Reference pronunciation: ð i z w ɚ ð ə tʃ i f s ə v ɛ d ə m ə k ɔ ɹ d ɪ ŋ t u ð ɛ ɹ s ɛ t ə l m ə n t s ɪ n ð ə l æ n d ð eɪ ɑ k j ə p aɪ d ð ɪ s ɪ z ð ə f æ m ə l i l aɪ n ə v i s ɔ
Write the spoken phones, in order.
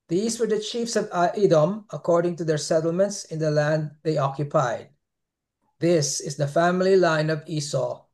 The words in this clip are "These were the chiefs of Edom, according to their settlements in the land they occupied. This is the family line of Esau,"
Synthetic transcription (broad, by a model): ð i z w ɚ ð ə tʃ i f s ə v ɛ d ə m ə k ɔ ɹ d ɪ ŋ t u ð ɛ ɹ s ɛ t l m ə n t s ɪ n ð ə l æ n d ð eɪ ɑ k j ə p aɪ d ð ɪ s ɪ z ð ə f æ m ə l i l aɪ n ə v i s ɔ